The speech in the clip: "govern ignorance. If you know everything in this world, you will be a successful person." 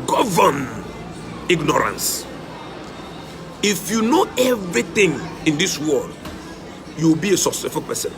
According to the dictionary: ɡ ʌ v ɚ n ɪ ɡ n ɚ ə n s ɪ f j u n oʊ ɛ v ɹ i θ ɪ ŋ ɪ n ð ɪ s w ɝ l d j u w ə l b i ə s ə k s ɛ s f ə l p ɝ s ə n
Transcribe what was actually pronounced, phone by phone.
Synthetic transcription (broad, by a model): ɡ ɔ v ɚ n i ɡ n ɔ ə n s ɪ f j u n oʊ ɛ v ɹ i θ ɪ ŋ ɪ n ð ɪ s w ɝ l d j u w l b i ə s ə s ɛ f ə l p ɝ s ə n